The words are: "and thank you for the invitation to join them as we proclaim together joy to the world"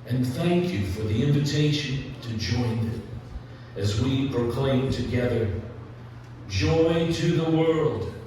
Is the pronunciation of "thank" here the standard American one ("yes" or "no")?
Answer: yes